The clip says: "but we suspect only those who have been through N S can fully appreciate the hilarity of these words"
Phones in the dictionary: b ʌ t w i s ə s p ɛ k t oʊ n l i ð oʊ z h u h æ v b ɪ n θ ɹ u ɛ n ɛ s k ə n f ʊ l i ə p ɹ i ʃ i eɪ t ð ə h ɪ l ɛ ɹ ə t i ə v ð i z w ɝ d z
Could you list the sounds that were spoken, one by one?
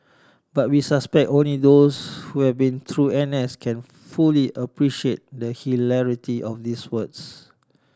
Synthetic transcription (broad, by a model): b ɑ t w i s ə s p ɛ k t oʊ n l i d oʊ s h u h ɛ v b ɪ n t ɹ u ɛ n ɛ s k ə n f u l i ə p ɹ i ʃ i eɪ t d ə h ɪ l ɛ ɹ ə t i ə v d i s w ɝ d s